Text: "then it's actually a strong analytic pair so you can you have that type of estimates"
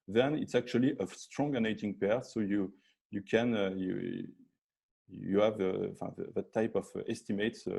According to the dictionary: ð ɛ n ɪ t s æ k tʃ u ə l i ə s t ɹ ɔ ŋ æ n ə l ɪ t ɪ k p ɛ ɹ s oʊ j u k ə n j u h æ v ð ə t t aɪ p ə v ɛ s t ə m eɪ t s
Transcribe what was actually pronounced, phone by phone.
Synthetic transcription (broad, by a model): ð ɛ n ɪ t s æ k tʃ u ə l i ə s t ɹ ɔ ŋ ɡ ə n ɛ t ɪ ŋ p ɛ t s oʊ j u k ə n j u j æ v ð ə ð t aɪ p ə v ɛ s t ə m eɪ t s